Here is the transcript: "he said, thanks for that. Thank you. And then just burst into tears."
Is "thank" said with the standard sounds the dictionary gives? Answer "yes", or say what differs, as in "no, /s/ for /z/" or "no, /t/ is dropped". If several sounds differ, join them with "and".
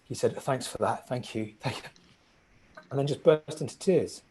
yes